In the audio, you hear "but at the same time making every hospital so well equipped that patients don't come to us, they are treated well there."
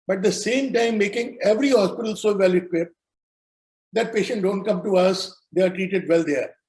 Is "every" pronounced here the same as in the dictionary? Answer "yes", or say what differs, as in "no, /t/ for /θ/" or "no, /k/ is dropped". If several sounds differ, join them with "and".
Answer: yes